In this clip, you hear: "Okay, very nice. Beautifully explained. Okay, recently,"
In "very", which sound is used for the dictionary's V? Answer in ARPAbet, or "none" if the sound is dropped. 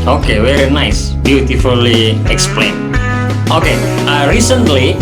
W